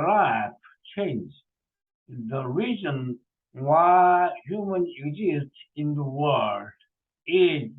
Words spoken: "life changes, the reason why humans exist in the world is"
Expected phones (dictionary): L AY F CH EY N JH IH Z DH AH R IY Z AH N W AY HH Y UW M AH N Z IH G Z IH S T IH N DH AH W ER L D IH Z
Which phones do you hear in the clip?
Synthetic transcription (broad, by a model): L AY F CH EY N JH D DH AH R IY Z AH N W AY HH Y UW M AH N IH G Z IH S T IH N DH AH W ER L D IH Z